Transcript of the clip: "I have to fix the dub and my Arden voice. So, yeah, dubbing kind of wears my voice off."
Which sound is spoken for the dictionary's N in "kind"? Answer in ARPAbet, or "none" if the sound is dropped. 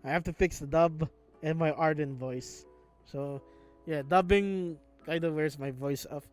none